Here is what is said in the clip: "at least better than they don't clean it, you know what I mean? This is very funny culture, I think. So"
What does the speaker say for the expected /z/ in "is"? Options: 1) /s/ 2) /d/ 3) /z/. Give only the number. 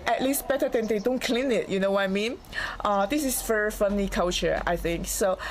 1